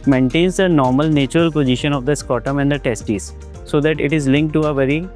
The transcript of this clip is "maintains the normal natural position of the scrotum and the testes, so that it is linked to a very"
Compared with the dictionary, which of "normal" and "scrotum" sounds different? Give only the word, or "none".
scrotum